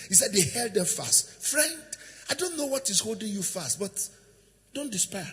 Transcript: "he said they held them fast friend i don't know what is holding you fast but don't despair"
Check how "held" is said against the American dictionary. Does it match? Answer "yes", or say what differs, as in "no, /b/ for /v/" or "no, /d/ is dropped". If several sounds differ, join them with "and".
yes